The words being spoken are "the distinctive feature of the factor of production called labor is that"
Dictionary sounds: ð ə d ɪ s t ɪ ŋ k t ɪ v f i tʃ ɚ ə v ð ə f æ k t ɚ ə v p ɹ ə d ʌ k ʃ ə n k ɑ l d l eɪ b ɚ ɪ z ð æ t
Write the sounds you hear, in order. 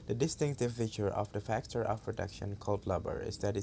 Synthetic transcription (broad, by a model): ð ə d ɪ s t ɪ ŋ k t ɪ v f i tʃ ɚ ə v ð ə f æ k t ɚ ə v p ɹ ə d ʌ k ʃ ə n k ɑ l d l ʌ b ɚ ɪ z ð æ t